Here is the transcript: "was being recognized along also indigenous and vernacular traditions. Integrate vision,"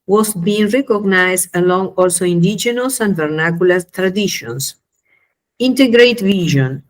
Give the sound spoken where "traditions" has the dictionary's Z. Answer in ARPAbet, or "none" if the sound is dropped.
S